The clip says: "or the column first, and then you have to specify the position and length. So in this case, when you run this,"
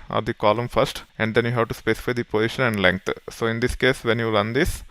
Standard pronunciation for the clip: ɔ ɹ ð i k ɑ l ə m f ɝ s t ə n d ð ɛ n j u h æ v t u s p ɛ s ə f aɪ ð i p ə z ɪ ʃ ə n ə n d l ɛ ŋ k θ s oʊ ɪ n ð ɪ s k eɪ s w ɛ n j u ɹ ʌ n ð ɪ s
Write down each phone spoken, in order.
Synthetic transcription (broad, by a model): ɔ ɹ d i k ɑ l ə m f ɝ s t ə n d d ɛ n j u h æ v t u s p ɛ s ə f aɪ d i p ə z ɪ ʃ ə n ə n d l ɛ ŋ k t s oʊ ɪ n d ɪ s k eɪ s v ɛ n j u l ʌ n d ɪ s